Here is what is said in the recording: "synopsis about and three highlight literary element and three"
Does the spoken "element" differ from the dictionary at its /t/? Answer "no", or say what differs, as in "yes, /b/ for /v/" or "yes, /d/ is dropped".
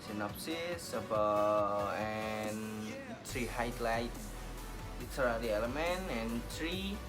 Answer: yes, /t/ is dropped